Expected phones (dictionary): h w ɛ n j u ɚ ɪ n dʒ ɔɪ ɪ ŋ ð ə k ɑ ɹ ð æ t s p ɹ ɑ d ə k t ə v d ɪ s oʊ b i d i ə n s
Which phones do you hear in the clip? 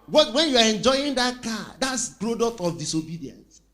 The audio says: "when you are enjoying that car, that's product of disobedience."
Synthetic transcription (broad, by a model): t w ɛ n j u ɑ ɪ n dʒ ɔɪ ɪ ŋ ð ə k ɑ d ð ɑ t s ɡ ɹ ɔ d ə t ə f d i s oʊ b i d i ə n s